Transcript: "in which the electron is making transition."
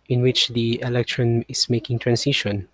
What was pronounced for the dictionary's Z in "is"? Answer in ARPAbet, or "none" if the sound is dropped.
S